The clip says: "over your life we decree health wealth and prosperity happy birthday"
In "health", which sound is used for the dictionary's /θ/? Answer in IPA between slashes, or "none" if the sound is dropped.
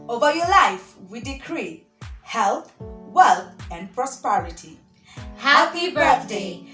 /t/